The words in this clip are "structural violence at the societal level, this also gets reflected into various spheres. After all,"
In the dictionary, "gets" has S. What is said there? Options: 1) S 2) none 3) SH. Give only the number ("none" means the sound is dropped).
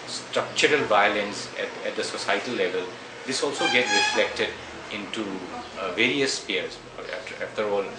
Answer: 2